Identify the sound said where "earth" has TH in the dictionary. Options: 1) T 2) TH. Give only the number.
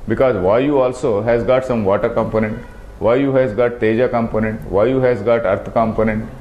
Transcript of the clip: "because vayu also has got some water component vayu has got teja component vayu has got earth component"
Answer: 1